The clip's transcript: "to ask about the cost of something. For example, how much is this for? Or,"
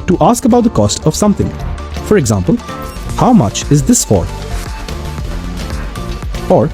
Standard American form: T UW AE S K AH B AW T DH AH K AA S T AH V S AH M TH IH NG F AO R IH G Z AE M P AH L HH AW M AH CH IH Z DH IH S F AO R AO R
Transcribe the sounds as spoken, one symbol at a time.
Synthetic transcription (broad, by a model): T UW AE S K AH B AW T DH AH K AA S T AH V S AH M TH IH NG F AO R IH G Z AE M P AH L HH AW M AH CH IH Z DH IH S F AO R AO R